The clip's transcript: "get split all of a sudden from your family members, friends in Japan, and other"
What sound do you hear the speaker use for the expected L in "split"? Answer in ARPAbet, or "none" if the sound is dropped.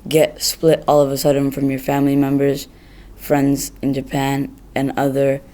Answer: L